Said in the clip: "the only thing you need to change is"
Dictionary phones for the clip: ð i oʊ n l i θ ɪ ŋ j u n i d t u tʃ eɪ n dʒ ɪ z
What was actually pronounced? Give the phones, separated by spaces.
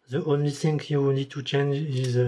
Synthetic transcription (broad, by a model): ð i oʊ n l i θ ɪ ŋ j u n i d t u tʃ eɪ n dʒ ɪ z